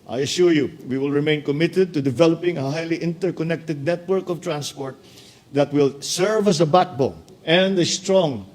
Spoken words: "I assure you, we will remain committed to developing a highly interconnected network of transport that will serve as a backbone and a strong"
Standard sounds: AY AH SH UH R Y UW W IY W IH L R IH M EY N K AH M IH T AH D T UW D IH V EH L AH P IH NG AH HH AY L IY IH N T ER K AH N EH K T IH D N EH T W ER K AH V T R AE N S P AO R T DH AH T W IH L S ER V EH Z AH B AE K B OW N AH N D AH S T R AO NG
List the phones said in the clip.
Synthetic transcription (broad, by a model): AY AH SH UH R Y UW W IY W IH L R IH M EY N K AH M IH T AH D T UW D IH V EH L AH P IH NG AH HH AY L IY IH N T ER K AH N EH K T IH D N EH T W ER K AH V T R AE N S P AO R T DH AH T W IH L S ER V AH S AH B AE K B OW AH N D AH S T R AO NG